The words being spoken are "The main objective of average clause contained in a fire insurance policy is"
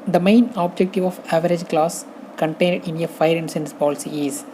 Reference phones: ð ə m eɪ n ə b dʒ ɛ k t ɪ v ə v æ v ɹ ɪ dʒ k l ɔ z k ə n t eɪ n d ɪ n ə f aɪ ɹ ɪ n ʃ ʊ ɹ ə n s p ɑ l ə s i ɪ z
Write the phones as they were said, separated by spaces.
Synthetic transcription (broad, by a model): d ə m eɪ n ə b dʒ ɛ k t ɪ v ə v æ v ɹ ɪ dʒ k l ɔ s k ə n t eɪ n d ɪ n ə f aɪ ɹ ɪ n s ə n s p ɑ l ə s i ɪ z